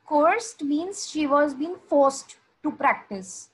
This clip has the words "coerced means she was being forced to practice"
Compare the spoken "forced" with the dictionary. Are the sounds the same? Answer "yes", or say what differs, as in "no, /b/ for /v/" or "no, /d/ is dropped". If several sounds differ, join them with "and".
yes